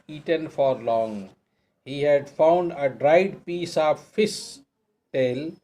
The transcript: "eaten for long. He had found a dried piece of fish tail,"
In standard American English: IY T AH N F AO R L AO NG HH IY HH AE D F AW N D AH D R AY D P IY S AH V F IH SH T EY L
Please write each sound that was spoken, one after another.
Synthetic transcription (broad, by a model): IY T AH N F AO R L AO NG HH IY HH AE D F AW N D AH D R AY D P IY S AH V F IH S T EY L